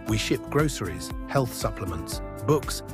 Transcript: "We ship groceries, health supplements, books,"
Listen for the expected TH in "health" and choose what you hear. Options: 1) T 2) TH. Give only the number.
2